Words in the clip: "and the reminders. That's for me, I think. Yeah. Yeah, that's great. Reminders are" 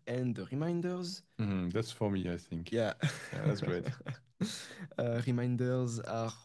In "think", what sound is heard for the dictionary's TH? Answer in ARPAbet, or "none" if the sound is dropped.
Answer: TH